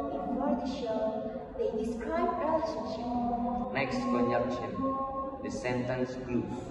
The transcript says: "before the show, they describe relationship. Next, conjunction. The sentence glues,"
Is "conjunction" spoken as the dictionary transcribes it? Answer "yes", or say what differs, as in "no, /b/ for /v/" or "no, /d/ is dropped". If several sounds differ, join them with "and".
no, /ŋ/ is dropped